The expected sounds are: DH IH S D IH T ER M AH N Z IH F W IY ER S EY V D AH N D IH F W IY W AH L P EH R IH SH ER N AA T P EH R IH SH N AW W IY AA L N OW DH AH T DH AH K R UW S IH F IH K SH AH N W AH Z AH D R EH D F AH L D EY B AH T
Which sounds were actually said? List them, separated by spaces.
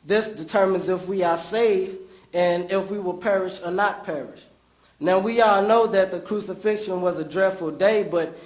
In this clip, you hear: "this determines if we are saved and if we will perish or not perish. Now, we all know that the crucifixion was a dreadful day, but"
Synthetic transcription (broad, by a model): DH IH S D IH T ER M AH N Z IH F W IY ER S EY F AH N IH F W IY W AH L P EH R IH SH ER N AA T P EH R IH SH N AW W IY AA L N OW DH AH T DH AH K R UW S IH F IH K SH AH N W AH Z AH D R EH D F L D EY B AH T